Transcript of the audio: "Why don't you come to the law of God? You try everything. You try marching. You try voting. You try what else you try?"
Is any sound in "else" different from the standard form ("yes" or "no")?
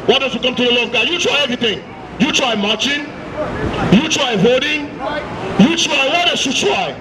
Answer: yes